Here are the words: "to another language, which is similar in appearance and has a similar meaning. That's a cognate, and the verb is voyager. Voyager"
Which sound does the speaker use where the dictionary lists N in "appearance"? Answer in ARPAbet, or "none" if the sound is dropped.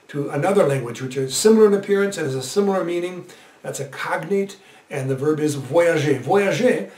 N